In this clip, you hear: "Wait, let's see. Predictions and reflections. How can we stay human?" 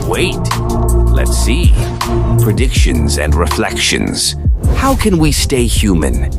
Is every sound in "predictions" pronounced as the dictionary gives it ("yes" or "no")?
yes